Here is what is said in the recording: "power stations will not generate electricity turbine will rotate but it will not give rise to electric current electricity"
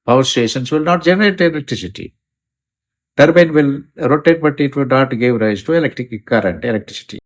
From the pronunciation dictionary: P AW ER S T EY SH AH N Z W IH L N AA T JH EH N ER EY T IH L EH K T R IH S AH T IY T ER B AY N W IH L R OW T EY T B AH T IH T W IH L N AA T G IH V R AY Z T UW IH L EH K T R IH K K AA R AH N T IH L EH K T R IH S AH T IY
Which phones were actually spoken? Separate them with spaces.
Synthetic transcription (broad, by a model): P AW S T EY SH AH N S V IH L N AA T JH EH N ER EY T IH L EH K T R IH S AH T IY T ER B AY N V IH L R OW T EY T B AH T IH T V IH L N AA T G IH V R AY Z T UW IH L EH K T R IH K K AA R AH N T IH L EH K T R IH S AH T IY